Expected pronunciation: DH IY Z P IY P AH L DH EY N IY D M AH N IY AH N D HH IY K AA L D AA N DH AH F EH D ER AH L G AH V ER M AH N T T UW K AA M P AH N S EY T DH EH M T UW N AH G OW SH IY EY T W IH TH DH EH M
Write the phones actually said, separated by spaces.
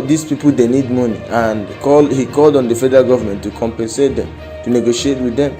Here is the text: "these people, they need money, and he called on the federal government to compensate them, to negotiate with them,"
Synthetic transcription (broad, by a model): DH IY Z P IY P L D EY N IY D M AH N IY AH N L HH IY K AA L D AA N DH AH F EH D ER AH L G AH V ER M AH N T T UW K AA M P AH N S EY T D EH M T UW N AH G OW SH IY EY T W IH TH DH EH M